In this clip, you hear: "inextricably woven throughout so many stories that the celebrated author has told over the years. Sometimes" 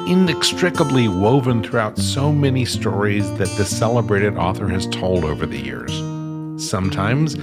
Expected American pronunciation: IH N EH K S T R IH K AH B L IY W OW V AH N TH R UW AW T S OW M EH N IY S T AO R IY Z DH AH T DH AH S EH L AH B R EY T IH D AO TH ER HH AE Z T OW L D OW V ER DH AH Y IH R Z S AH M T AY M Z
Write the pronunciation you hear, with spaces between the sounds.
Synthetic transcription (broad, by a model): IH N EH K S T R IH K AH B L IY W OW V AH N TH R UW AW T S OW M EH N IY S T AO R IY Z DH AH T DH AH S EH L AH B R EY T IH D AO TH ER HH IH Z T OW L D OW V ER DH AH Y IH R Z S AH M T AY M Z